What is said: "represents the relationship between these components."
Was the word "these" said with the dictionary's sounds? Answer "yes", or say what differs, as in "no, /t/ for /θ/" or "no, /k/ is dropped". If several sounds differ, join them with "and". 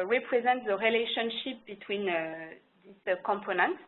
no, /s/ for /z/